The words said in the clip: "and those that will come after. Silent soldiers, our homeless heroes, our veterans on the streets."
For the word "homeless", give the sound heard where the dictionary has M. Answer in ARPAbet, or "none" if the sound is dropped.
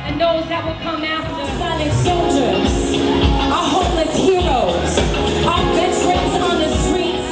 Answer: none